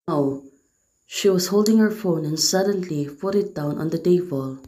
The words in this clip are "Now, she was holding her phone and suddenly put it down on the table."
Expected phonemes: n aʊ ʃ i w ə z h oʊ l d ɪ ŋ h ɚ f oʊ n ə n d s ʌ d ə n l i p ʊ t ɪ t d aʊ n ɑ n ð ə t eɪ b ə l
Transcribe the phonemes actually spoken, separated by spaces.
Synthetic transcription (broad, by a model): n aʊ ʃ i w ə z h oʊ l d ɪ ŋ h ɚ f oʊ n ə n s ʌ d ə n l i f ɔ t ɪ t d aʊ n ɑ n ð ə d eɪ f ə l